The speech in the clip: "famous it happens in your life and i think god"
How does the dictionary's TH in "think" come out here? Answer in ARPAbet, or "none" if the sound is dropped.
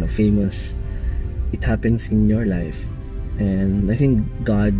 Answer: TH